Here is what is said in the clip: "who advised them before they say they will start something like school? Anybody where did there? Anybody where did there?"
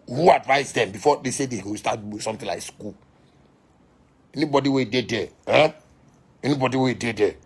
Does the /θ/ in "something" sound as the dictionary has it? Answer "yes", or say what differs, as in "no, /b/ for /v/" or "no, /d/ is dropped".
no, /t/ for /θ/